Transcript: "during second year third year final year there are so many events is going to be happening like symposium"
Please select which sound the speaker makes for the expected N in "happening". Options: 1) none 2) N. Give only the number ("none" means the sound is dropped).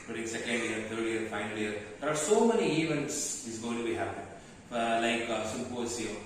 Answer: 1